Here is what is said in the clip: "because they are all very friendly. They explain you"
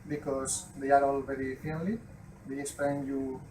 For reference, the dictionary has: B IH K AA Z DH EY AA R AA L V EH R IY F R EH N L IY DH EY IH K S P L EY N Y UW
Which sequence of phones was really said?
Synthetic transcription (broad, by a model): B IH K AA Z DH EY AA R AA L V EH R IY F EH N L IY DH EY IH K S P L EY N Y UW